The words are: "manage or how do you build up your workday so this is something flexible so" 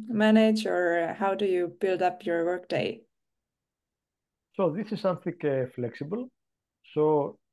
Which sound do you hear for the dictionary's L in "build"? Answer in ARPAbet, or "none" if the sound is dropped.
L